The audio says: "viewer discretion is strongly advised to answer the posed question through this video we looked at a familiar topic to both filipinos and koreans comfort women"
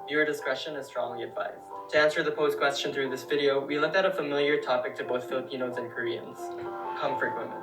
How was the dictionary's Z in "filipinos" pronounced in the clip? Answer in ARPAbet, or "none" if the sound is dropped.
Z